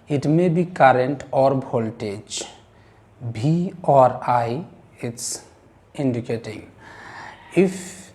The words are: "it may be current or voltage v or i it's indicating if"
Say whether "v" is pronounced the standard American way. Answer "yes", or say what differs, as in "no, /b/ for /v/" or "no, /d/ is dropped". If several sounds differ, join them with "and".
no, /b/ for /v/